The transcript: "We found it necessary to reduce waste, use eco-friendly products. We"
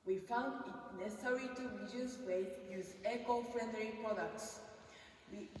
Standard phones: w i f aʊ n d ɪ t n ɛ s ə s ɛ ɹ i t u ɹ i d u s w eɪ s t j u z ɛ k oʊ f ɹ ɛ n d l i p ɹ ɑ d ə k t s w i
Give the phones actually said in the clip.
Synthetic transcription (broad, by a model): w i f aʊ n d ɪ t n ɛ s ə s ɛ ɹ i t u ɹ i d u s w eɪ t j u z ɛ k oʊ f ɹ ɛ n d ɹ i p ɹ ɑ d ə k t s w i